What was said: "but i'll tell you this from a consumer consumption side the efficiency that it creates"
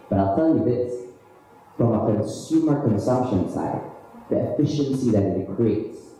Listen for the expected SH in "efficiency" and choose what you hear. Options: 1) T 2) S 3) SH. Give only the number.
3